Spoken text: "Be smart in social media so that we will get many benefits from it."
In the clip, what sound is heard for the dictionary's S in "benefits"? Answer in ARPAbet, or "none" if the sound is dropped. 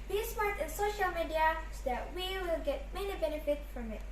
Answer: none